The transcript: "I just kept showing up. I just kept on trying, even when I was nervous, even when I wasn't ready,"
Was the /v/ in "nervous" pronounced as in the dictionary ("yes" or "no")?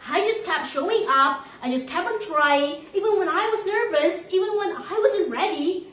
yes